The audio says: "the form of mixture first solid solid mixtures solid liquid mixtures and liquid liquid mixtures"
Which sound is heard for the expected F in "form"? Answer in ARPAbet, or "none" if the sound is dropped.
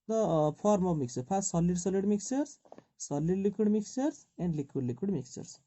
P